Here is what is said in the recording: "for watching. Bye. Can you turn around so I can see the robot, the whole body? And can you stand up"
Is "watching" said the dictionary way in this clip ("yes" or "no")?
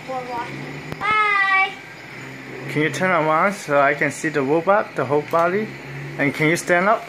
no